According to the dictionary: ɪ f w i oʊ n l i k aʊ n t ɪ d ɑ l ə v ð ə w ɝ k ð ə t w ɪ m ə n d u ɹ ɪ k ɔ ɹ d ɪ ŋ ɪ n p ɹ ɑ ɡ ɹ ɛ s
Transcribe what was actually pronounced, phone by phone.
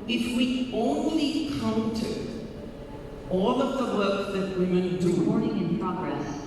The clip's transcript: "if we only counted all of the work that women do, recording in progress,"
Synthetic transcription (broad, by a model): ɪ f w i oʊ n l i k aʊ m t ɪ ɑ l ə v ð ə w ɝ k ð ə t w ɪ m ə n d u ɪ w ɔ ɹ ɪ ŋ ɪ n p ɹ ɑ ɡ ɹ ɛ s